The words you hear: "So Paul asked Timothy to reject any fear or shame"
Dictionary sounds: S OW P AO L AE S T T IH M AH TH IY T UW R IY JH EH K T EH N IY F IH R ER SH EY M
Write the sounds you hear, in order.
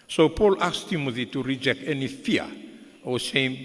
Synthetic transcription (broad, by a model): S OW P AO L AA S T T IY M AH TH IY T UW R IY JH EH K T EH N IY F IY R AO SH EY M